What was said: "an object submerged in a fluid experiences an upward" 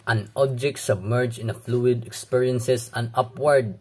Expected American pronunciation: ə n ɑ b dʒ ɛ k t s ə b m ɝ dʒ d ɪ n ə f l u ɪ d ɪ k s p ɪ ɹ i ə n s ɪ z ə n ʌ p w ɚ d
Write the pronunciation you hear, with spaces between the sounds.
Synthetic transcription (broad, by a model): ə n ɑ b dʒ ɛ k t s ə b m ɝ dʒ ɪ n ə f l u ɪ d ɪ k s p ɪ ɹ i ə n s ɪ s ə n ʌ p w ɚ d